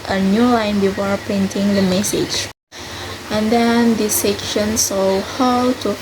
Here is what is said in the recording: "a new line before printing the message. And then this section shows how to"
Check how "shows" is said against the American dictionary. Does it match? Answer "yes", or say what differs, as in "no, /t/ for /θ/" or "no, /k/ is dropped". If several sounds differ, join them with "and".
no, /s/ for /ʃ/ and /z/ is dropped